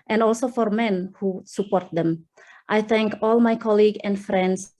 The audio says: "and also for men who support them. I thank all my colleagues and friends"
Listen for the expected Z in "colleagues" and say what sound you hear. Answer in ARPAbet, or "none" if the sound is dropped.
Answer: none